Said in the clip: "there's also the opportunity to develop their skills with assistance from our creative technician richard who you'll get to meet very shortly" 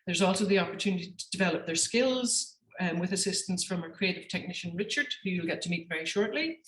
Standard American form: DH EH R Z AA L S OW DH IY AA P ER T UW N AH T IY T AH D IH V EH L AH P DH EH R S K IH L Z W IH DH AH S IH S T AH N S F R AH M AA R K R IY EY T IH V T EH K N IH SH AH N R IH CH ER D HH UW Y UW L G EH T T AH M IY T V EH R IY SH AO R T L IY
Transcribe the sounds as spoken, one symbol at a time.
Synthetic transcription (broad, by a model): DH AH R Z AA L S OW DH IY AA P ER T UW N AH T IY T AH D IH V EH L AH P DH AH R S K IH L Z W IH DH AH S IH S T AH N S F R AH M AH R K R IY EY T IH V T EH K N IH SH AH N R IH CH ER D HH UW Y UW L G EH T T AH M IY T V EH R IY SH AO R T L IY